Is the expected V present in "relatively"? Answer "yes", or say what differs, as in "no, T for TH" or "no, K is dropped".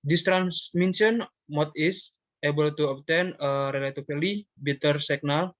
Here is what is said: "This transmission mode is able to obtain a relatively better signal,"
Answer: no, F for V